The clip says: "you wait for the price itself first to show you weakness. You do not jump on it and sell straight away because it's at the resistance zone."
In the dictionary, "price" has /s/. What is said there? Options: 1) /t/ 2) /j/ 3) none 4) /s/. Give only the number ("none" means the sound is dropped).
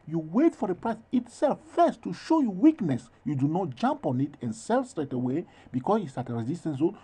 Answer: 4